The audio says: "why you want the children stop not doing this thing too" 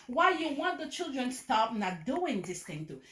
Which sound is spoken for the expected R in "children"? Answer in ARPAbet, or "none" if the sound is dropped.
R